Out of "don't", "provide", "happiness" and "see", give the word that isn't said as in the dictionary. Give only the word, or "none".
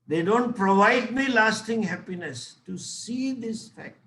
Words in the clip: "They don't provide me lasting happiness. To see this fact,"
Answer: none